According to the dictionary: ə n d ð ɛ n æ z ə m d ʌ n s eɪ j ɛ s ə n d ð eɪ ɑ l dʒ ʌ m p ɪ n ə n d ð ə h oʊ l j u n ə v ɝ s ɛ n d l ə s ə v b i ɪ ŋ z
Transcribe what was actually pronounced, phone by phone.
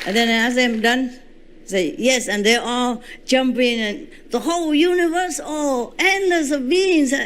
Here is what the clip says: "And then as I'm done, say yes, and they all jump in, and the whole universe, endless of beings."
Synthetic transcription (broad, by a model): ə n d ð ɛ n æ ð ə m d ʌ n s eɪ j ɛ s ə n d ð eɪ ɑ l dʒ ʌ m p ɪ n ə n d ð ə h oʊ l j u n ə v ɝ s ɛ n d ə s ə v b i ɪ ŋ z